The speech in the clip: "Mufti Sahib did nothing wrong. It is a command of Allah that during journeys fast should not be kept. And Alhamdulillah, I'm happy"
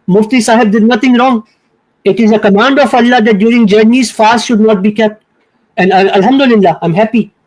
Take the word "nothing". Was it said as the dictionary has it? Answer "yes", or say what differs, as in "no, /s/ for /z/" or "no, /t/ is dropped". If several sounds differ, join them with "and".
no, /t/ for /θ/